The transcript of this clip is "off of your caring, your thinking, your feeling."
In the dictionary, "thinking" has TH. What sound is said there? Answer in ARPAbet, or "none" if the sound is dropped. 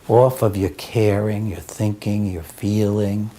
TH